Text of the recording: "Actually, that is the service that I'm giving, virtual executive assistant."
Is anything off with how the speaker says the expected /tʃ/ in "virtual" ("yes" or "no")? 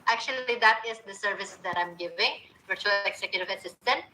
no